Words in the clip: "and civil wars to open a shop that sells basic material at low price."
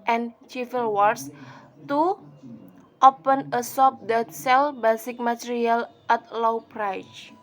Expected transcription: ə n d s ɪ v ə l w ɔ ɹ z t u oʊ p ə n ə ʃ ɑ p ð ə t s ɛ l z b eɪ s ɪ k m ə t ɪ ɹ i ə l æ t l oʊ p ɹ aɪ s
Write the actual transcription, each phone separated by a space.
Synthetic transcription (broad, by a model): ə n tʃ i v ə l w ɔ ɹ s t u oʊ p ə n ə s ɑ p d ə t s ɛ l b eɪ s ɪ k m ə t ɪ ɹ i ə l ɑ t l oʊ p ɹ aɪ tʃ